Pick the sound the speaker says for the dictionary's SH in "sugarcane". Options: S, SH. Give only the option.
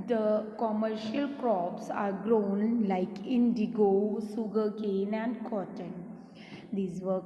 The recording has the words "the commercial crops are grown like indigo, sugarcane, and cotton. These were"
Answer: S